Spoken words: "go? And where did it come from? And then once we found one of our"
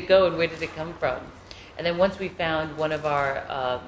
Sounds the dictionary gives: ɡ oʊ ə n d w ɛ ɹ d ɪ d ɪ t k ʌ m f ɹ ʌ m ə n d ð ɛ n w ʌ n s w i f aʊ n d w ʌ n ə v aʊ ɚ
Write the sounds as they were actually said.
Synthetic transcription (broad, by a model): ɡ oʊ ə n w ɛ ɹ d ɪ d ɪ t k ʌ m f ɹ ʌ m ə n ð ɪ n w ʌ n s w i f aʊ n d w ʌ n ə v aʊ ɚ